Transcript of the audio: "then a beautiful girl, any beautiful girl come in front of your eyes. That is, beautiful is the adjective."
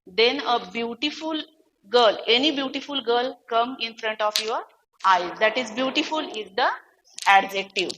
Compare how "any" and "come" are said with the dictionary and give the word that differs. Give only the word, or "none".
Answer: none